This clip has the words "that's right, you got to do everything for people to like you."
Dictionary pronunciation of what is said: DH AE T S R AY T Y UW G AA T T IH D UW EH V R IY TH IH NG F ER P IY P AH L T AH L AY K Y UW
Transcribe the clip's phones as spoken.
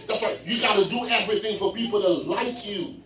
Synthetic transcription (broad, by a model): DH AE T S L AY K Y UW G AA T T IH D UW EH V R IY TH IH NG F ER P IY P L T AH L AY K Y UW